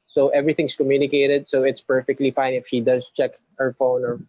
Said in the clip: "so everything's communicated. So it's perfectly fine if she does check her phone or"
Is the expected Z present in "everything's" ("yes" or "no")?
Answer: no